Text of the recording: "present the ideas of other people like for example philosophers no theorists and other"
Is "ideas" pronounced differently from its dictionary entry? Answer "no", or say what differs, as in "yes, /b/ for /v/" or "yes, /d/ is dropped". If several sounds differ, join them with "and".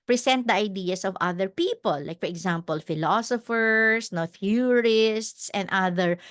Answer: yes, /s/ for /z/